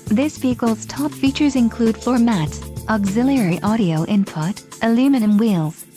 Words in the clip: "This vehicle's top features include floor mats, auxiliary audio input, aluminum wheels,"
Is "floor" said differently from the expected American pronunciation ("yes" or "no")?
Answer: yes